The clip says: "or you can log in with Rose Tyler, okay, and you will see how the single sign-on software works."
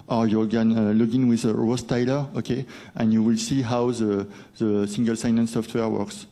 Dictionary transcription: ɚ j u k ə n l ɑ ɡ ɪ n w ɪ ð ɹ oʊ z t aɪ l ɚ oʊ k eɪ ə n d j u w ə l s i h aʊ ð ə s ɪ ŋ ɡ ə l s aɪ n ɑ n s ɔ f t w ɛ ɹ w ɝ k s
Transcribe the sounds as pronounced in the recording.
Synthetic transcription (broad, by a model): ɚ j u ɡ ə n l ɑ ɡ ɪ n w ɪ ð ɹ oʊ s t aɪ l ɚ oʊ k eɪ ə n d j u w ə l s i h aʊ ð ə s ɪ ŋ ɡ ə l s aɪ n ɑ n s ɔ f t w ɛ ɹ w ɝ k s